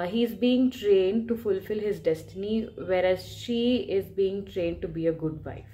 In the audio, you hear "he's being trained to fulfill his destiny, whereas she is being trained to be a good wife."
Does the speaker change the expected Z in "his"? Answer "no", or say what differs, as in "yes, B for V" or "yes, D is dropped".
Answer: no